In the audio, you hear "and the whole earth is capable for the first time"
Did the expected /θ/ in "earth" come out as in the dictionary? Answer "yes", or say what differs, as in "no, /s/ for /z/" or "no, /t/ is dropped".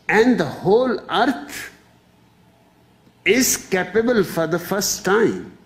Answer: no, /t/ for /θ/